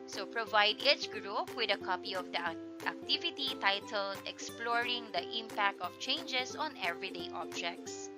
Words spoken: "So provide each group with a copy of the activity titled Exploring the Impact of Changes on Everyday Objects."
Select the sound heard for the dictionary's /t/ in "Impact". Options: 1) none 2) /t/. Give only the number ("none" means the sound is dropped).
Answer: 2